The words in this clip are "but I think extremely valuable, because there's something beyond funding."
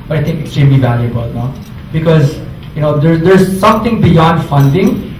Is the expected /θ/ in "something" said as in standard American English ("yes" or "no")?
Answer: no